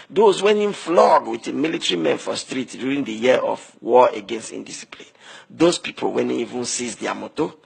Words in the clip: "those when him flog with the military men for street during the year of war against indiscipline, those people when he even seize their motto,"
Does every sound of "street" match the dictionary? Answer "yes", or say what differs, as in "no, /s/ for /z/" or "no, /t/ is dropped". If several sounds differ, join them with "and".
yes